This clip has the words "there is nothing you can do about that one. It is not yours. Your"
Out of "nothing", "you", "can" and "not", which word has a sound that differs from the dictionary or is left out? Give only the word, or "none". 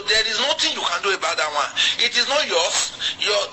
nothing